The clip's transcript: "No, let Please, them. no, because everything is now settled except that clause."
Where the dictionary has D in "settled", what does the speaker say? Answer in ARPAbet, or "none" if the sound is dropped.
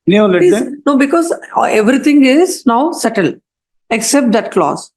none